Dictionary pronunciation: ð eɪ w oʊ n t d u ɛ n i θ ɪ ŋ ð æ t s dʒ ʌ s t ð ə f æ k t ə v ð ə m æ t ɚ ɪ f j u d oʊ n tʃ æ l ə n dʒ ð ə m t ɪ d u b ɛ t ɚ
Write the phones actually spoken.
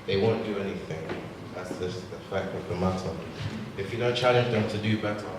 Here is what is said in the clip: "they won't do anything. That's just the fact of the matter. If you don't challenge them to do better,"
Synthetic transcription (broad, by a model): ð eɪ w oʊ n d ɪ ɛ n i θ ɪ ŋ ð æ t s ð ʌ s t ð ə f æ k t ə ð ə m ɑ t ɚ ɪ f j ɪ d oʊ n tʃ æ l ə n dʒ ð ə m t ɪ d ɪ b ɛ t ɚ